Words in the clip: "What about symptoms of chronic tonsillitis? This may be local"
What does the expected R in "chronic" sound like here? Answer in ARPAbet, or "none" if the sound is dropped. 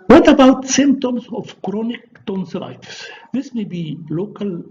R